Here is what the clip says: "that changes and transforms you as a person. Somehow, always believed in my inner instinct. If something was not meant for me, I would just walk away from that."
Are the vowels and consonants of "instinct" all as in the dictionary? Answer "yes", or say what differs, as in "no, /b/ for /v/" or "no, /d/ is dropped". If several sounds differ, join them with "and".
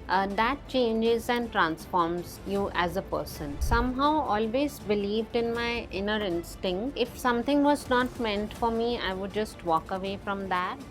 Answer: yes